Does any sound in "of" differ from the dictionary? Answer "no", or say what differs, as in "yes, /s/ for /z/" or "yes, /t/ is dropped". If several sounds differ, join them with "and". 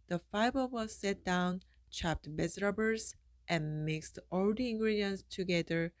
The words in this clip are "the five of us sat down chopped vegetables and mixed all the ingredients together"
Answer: yes, /w/ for /v/